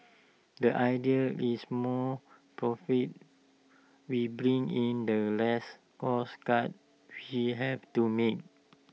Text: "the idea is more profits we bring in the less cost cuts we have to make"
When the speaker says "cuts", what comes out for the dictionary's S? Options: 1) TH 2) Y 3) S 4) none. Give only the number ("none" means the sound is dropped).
4